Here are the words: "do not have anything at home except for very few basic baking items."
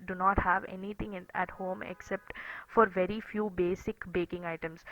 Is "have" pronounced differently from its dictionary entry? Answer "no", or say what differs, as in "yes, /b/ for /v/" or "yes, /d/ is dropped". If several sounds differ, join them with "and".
no